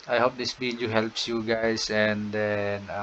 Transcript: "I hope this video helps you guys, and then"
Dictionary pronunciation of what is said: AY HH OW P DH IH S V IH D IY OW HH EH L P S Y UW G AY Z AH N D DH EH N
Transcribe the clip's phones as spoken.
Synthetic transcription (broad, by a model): AY HH OW P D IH S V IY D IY HH EH L P S Y UW G AY S AH N D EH N